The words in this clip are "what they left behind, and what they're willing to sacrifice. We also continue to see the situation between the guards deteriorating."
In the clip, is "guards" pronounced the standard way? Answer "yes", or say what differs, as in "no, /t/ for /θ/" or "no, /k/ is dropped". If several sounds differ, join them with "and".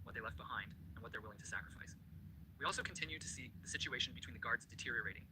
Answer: yes